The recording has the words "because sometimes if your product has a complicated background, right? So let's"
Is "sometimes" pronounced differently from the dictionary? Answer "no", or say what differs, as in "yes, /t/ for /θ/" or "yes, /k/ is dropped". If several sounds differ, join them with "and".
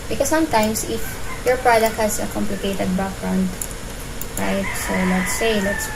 yes, /s/ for /z/